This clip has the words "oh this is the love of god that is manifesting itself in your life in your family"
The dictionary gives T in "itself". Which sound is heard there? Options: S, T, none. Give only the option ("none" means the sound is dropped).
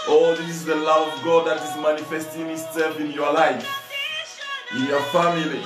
S